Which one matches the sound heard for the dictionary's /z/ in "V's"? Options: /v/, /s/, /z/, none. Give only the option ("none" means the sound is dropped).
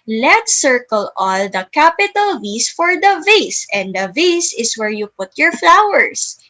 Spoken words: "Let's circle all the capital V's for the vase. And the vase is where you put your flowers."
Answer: /s/